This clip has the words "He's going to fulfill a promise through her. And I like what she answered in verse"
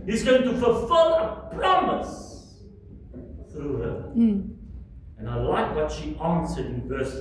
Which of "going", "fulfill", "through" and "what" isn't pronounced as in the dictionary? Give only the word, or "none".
none